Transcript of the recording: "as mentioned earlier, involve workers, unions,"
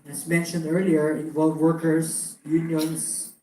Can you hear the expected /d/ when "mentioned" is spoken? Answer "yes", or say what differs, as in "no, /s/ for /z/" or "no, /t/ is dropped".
yes